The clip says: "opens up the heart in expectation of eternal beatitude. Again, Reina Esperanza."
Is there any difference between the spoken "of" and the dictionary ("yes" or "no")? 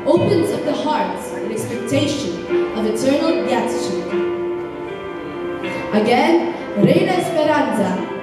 no